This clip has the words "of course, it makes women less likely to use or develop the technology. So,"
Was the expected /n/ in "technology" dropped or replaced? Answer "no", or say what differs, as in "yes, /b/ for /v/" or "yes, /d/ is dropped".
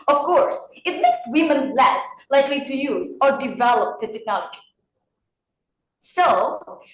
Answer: yes, /n/ is dropped